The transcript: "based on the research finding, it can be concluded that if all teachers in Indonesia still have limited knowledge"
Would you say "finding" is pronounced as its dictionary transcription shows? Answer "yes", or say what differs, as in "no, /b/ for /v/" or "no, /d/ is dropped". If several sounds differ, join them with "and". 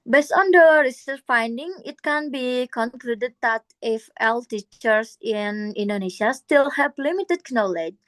yes